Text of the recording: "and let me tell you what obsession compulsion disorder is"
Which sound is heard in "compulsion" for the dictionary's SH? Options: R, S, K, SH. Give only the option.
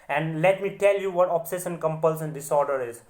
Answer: S